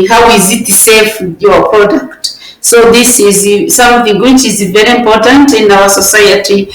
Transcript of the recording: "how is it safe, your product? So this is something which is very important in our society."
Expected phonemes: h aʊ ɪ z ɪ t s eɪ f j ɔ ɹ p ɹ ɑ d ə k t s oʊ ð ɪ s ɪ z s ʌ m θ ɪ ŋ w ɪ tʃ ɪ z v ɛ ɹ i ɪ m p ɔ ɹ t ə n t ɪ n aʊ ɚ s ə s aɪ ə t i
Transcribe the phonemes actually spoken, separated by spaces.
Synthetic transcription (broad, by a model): h aʊ ɪ z ɪ t s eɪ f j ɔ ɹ p ɹ ɑ d ə k t s oʊ ð ɪ s ɪ z s ʌ m θ ɪ ŋ w ɪ tʃ ɪ z v ɛ ɹ i ɪ m p ɔ ɹ t ə n t ɪ n aʊ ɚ s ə s aɪ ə t i